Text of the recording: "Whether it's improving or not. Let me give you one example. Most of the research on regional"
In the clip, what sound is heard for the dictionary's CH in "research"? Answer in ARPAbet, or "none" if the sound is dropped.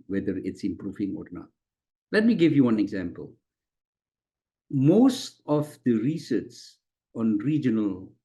S